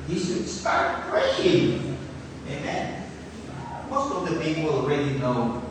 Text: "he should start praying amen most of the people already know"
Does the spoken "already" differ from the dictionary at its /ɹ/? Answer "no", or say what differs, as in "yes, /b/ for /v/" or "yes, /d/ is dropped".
no